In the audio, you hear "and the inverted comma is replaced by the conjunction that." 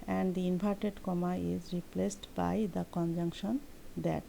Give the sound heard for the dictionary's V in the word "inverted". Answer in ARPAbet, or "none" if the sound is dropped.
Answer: P